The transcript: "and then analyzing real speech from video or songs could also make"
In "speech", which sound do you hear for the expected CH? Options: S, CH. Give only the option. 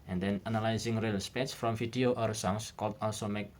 S